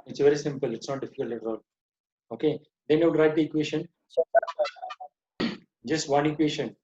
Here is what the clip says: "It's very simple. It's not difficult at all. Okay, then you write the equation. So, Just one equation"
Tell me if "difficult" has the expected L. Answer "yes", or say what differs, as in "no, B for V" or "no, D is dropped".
no, L is dropped